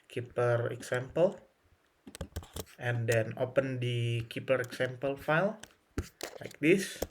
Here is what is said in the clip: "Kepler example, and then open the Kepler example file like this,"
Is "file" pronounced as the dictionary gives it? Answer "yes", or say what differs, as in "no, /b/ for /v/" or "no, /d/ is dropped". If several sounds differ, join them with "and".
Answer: yes